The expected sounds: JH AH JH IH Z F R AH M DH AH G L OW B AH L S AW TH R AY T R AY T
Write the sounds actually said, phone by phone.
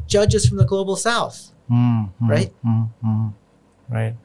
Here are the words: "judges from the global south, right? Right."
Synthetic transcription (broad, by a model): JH AH JH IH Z F R AH M DH AH G L OW B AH L S AW TH R AY T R AY T